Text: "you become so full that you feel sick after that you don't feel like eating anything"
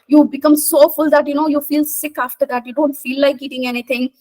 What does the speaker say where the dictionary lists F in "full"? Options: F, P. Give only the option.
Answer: F